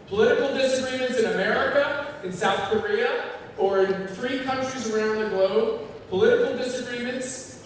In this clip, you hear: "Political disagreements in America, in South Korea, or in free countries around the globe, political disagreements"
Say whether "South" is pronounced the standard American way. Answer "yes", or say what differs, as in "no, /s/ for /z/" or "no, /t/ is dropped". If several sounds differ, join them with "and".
yes